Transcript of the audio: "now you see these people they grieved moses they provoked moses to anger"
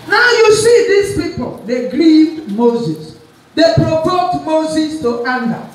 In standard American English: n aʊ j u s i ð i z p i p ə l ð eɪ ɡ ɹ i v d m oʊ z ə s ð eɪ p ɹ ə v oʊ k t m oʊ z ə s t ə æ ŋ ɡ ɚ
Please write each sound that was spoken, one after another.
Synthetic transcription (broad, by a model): n aʊ j u s i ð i s p i p ə l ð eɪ ɡ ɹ i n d m oʊ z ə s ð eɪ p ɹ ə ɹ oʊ t m oʊ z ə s t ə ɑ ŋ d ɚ